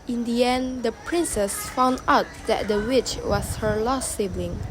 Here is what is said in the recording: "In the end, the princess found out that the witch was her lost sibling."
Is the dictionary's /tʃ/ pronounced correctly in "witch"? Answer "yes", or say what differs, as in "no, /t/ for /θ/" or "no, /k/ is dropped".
yes